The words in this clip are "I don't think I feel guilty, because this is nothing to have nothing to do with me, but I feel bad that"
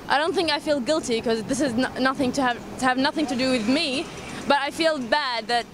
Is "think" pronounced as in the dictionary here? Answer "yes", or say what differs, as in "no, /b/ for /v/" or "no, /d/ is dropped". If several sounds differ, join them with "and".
yes